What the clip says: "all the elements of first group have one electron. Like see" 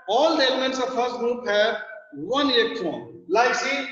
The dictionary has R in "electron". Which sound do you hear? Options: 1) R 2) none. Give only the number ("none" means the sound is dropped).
2